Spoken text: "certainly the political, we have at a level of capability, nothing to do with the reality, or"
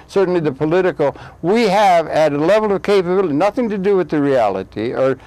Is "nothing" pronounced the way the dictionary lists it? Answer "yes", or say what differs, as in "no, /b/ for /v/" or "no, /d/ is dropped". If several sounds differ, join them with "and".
yes